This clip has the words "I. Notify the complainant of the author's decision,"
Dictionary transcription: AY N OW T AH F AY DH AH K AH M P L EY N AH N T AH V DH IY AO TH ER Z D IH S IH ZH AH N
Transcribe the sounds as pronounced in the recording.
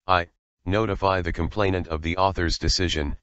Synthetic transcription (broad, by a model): AY N OW T AH F AY DH AH K AH M P L EY N AH N T AH V DH IY AO TH ER Z D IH S IH ZH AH N